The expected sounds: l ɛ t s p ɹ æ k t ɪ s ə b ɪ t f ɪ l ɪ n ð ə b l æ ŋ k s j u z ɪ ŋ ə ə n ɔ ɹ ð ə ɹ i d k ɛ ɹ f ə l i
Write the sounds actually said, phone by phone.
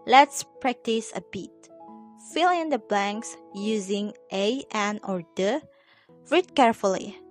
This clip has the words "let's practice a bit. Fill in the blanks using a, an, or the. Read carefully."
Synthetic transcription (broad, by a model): l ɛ t s p ɹ æ k t ɪ s ə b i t f ɪ l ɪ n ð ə b l æ ŋ k s j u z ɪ ŋ ə ə n ɔ ɹ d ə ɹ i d k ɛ ɹ f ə l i